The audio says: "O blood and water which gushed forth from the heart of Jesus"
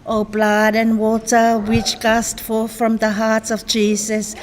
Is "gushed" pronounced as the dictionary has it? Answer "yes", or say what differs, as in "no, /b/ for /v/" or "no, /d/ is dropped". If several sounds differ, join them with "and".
no, /s/ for /ʃ/